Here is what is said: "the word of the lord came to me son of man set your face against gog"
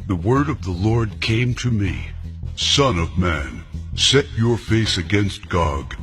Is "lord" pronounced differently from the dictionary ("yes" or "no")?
no